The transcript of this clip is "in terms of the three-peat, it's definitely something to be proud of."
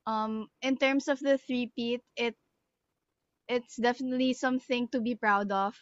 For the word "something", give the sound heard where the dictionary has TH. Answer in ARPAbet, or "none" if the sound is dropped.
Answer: TH